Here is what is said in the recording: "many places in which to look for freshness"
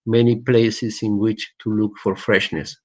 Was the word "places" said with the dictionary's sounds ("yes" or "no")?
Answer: no